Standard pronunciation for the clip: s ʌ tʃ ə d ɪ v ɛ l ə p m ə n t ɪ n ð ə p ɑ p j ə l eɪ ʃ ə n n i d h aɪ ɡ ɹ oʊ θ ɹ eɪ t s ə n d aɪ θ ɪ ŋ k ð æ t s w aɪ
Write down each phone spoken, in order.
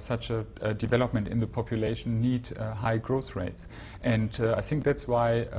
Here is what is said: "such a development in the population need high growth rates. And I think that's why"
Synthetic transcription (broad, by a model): s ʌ tʃ ə d ɪ v ɛ l ə p m ə n t ɪ n ð ə p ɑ p j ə l eɪ ə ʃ n i d h aɪ ɡ ɹ oʊ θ ɹ eɪ t s ə n d aɪ θ ɪ ŋ k ð æ t s w aɪ